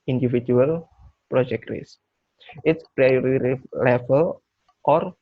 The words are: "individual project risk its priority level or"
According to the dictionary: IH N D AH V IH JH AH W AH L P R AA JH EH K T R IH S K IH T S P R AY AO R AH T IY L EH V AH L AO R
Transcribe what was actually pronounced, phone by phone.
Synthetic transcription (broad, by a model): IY N D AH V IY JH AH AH L P R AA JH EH K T R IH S IH T S P R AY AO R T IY L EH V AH L AO R